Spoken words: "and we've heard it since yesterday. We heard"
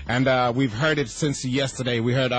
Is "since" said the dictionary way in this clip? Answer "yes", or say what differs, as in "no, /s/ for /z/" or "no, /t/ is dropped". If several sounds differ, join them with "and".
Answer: yes